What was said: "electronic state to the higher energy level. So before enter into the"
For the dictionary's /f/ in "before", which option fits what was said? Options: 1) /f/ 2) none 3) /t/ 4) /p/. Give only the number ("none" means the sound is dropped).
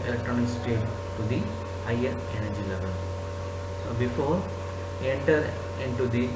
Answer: 1